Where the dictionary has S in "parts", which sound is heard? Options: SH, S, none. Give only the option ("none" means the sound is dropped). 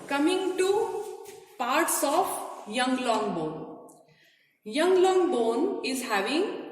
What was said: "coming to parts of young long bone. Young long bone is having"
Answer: S